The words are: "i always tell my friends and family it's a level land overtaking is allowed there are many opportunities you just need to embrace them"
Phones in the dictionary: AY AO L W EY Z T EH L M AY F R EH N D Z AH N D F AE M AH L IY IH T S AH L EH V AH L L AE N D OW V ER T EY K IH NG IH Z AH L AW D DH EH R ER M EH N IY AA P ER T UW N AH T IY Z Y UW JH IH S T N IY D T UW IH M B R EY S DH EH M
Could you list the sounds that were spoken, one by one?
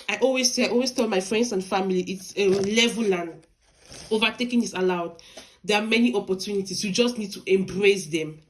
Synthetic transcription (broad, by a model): AY AO L W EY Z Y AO L M AY F R EH N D S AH N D F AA M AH L IY IH T S AH L EH V AH L L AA N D OW V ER T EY K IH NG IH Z AH L AW D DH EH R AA M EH N IY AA P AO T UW N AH T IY S Y UW JH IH S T N IY D T UW IH M B R EY S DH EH M